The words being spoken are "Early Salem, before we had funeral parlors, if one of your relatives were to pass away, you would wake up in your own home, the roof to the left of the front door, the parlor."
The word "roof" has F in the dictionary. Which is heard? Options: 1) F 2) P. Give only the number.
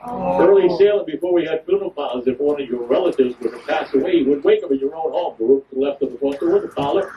2